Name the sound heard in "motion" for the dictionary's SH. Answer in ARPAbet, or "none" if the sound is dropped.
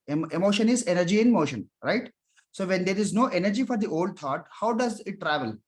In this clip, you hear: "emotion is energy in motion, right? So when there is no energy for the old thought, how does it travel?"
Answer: SH